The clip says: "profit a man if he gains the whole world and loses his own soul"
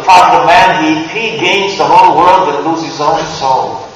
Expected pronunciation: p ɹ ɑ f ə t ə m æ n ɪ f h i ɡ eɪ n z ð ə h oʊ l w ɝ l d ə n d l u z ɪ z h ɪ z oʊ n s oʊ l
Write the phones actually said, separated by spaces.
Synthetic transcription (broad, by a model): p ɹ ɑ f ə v m æ n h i ɡ eɪ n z ð ə h oʊ l w ɝ l d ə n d l u z ɪ z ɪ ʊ n s oʊ l